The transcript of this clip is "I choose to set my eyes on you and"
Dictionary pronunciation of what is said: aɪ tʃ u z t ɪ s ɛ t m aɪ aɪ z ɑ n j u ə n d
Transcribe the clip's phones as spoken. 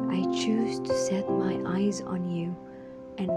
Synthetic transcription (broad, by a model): aɪ tʃ u z t ɪ s ɛ t m aɪ aɪ z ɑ n j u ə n